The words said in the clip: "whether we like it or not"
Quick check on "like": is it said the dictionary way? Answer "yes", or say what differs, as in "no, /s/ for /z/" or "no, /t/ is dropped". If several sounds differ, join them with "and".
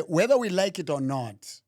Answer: yes